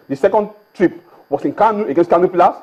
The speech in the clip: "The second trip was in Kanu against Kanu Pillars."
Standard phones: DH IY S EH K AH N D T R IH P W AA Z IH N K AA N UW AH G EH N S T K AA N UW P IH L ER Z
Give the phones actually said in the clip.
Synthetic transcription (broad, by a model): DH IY S EH K AH N D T R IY P W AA S IH N K AA N UW AH G EH N S T K AA N UW P L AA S